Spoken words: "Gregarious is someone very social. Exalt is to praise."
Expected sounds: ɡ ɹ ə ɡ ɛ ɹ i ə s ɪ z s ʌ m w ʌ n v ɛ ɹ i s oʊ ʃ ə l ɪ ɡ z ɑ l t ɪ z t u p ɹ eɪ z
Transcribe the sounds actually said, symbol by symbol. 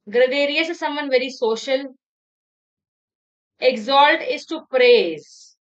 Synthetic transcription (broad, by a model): ɡ ɹ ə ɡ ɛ ɹ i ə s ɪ s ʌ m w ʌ n v ɛ ɹ i s oʊ ʃ ə l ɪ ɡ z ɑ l t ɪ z t u p ɹ eɪ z